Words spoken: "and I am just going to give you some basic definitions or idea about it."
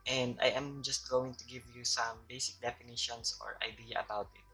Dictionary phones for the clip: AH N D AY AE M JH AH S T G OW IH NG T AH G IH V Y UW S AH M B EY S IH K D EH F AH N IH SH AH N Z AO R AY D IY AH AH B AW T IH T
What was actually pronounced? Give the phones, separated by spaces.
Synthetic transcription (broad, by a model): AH N D AY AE M JH AH S T G OW IH NG T AH G IH V Y UW S AH M B EY S IH K D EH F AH N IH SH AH N S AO R AY D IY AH AH B AW T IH T